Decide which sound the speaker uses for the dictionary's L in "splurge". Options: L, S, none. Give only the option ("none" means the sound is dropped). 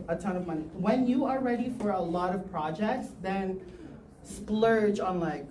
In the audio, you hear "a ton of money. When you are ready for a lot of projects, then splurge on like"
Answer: L